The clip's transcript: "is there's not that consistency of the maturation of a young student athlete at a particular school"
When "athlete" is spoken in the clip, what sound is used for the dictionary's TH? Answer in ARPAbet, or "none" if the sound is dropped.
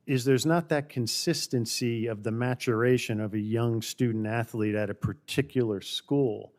TH